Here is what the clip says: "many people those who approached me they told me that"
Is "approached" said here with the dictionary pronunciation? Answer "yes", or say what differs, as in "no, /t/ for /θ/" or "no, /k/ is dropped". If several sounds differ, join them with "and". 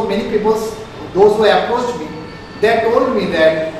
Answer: no, /ɹ/ is dropped and /s/ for /tʃ/